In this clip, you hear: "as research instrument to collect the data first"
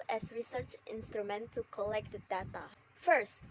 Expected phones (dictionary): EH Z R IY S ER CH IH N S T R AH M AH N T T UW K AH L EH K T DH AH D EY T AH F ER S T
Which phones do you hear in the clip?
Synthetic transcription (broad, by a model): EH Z R IY S ER CH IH N S T R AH M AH N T T UW K AH L EH K T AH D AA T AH F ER S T